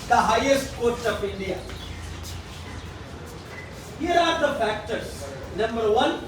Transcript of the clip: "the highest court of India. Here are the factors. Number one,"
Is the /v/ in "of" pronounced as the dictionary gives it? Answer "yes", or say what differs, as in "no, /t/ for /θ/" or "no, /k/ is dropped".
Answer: no, /p/ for /v/